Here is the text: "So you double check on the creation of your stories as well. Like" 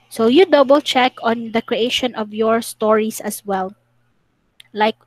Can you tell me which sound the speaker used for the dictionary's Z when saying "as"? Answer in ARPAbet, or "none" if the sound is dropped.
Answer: S